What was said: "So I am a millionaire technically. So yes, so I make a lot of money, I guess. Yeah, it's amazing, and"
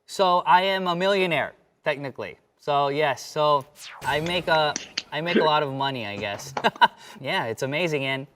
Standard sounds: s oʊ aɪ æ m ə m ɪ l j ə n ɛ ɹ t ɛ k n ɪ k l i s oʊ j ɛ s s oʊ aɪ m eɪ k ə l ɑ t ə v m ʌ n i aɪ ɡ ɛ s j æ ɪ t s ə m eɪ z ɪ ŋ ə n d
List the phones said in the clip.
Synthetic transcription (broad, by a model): s oʊ aɪ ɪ m ə m ɪ l j ə n ɛ ɹ t ɛ k n ɪ k l i s oʊ j ɛ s s oʊ aɪ m eɪ k ə l ɑ t ə v m ʌ n i aɪ ɡ ɛ s j æ ɪ t s ə m eɪ z ɪ ŋ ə n